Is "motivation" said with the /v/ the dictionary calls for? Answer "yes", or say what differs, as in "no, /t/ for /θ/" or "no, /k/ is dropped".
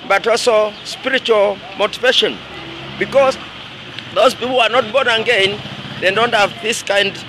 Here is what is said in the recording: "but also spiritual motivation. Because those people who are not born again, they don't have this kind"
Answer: yes